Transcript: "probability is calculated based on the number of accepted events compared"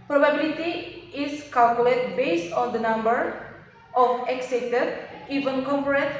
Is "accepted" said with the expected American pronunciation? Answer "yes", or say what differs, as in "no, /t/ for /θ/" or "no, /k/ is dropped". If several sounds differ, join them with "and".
no, /p/ is dropped